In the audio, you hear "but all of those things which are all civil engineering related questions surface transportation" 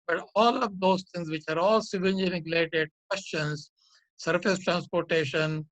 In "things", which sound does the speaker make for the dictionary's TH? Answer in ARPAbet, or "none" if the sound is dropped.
T